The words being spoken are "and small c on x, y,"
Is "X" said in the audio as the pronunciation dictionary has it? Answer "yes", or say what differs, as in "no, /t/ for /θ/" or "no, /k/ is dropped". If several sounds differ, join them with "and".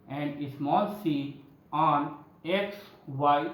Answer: yes